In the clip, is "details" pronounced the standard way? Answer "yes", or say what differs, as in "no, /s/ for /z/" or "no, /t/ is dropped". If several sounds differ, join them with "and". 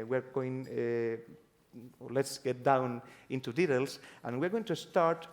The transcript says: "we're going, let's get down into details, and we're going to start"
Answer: no, /s/ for /z/